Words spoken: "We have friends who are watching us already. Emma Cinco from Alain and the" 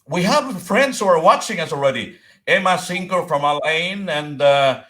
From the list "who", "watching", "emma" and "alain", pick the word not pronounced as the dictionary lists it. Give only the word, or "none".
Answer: none